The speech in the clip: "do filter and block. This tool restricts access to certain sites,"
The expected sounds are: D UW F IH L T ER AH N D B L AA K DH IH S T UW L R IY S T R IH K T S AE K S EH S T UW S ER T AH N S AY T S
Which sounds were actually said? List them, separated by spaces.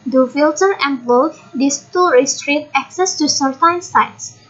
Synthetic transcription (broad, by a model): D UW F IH L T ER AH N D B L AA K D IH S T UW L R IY S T R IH T AE K S EH S T UW S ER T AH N S AY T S